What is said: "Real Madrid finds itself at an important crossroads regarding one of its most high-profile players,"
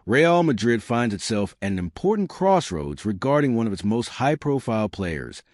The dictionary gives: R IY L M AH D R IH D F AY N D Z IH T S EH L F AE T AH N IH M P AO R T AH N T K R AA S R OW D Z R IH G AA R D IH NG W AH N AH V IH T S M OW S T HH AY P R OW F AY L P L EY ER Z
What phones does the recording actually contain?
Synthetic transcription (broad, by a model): R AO L M AH D R IH D F AY N D Z IH T S EH L F AH N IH M P AO R T N K R AA S R OW D Z R IH G AA R D IH NG W AH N AH V IH T S M OW S T HH AY P R OW F AY L P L EY ER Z